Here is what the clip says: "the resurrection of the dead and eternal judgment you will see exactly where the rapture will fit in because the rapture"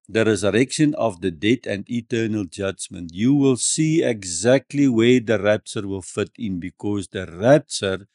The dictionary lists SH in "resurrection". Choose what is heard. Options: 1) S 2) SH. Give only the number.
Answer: 2